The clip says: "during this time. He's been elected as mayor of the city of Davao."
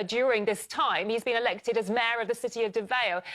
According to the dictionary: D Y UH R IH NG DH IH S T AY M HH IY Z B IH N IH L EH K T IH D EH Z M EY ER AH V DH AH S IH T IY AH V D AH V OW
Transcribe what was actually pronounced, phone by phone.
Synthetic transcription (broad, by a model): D Y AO R IH NG DH IH S T AY M HH IY Z B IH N IH L EH K T IH D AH Z M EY ER AH V DH AH S IH T IY AH V D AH V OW